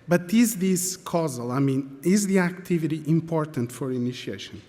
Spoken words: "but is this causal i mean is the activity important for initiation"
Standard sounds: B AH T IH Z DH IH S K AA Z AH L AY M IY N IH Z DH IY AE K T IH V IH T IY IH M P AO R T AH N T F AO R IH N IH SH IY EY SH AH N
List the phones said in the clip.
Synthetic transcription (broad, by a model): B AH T IH Z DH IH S K AA Z AH L AY M IY N IH Z DH IY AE K T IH V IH T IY IH M P AO R T AH N T F AO R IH N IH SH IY EY SH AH N